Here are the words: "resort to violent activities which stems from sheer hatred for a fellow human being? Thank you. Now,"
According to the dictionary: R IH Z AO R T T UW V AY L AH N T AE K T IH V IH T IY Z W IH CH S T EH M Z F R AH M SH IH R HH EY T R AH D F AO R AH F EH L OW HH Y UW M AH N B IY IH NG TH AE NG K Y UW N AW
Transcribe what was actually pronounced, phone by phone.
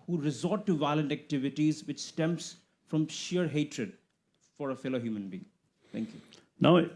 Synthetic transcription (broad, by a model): R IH Z AO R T T UW V AY L AH N T AE K T IH V IH T IY Z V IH CH S T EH M S F R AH M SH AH R HH EY T R AH D F AO R AH F EH L OW HH Y UW M AH N B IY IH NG T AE NG K Y UW N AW